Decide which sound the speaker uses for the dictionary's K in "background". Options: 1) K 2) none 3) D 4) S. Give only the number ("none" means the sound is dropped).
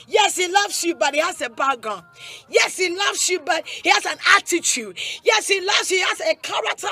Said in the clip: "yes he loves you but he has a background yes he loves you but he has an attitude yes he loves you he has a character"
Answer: 2